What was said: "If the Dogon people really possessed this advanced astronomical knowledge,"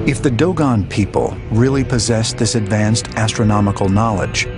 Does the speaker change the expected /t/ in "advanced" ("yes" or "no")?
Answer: no